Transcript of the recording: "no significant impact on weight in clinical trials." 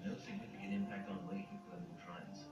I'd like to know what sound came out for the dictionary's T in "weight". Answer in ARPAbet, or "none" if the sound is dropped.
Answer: none